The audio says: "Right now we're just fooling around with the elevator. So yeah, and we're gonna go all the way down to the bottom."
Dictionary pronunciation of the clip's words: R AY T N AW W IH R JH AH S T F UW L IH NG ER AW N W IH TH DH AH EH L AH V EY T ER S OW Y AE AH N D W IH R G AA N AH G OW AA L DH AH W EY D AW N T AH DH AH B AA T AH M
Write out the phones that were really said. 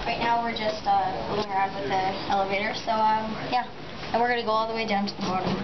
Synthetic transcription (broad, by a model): R AY T N AW W IH R JH AH S T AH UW IH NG ER AW N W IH DH AH EH L AH V EY T ER S OW Y AE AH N W IH R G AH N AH G OW AA L DH AH W EY D AW N T AH DH AH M AA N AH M